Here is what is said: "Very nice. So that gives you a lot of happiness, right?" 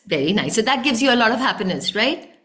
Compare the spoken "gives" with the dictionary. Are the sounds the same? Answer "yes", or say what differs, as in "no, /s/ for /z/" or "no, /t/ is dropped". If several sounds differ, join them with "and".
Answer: yes